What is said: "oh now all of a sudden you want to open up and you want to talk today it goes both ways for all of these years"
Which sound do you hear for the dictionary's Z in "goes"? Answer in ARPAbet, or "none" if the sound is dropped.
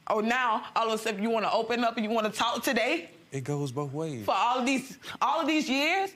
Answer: Z